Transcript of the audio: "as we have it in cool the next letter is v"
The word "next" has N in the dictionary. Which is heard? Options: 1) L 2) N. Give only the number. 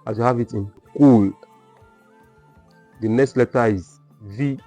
2